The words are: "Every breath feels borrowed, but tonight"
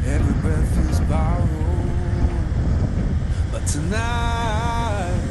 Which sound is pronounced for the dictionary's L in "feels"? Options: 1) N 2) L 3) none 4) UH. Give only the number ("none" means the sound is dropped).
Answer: 3